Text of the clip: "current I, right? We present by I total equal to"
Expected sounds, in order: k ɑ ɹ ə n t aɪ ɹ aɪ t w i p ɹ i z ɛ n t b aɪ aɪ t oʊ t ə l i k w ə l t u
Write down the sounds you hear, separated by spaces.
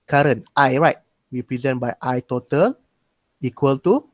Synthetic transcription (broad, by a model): k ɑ ɹ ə n t aɪ ɹ aɪ t w i p ɹ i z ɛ n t b aɪ aɪ t oʊ t ə l i k w ə l t u